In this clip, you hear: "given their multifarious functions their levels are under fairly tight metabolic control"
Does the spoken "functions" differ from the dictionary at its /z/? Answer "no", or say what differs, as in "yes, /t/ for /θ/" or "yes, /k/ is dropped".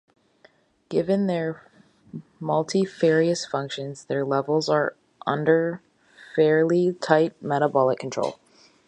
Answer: no